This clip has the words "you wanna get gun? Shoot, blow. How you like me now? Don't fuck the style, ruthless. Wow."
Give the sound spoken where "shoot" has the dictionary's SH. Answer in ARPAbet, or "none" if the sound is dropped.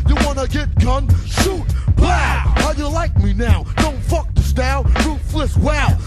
S